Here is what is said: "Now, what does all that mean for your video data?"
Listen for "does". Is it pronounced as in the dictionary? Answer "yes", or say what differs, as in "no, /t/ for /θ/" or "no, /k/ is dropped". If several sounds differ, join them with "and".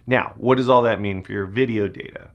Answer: yes